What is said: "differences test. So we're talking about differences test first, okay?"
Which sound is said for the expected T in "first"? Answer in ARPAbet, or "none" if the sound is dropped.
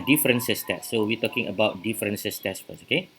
none